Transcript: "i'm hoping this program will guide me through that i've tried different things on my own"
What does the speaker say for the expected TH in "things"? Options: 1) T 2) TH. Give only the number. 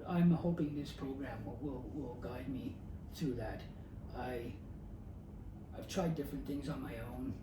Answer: 2